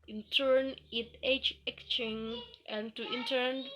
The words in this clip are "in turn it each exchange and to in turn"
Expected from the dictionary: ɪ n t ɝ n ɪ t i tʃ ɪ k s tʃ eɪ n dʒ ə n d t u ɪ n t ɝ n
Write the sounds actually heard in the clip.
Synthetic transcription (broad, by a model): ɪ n t ɝ n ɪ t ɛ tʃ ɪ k tʃ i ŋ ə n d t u ɪ n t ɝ n